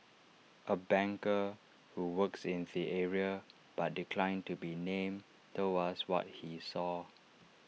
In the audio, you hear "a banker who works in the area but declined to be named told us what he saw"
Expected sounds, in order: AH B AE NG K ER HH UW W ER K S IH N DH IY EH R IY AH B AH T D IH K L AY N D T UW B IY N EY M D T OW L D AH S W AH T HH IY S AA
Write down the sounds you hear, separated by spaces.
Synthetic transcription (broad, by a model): AH B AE NG K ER HH UW W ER K S IH N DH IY EH R IY AH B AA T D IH K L AY N T UW B IY N EY M T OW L AH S W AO T HH IY S AA